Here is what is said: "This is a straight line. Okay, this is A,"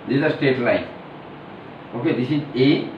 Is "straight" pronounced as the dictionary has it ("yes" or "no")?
no